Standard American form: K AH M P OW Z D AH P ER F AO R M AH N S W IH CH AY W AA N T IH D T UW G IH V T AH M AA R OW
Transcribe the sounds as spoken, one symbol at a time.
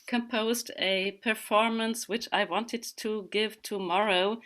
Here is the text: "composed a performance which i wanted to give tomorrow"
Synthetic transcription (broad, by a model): K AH M P OW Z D AH P ER F AO R M AH N S W IH CH AY W AA N T IH D T UW G IH V T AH M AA R OW